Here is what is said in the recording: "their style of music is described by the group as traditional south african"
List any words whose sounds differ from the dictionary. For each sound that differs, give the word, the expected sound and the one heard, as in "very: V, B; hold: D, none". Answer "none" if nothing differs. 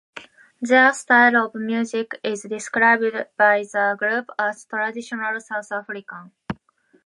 south: TH, T; african: N, none